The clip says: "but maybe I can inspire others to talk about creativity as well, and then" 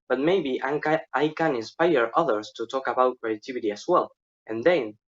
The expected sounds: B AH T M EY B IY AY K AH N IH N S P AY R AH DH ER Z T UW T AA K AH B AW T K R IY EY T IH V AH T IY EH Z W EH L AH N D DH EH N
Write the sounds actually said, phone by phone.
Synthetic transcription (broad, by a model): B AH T M EY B IY AY K AH N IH N S P AY R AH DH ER S T UW T AA K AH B AW T K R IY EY T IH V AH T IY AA S W EH L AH N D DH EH N